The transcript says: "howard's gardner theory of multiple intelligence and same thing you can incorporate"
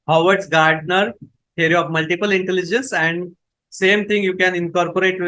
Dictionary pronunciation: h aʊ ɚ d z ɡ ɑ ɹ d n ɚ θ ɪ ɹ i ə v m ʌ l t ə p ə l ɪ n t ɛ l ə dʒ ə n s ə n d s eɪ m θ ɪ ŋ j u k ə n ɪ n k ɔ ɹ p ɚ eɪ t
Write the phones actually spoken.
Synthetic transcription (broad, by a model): h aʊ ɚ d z ɡ ɑ ɹ d n ɚ t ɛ ɹ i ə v m ʌ l t ə p ə l ɪ n t ɛ l ə dʒ ə n s ə n d s eɪ m t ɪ ŋ j u k ə n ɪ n k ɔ ɹ p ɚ eɪ t